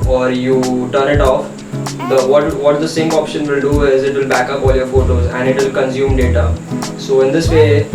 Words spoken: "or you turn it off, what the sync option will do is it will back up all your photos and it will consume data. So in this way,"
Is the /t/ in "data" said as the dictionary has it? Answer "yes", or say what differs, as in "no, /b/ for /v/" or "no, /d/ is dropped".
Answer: yes